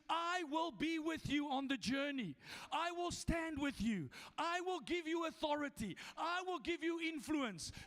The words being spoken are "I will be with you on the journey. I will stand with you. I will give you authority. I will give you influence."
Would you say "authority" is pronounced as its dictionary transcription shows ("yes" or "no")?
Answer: yes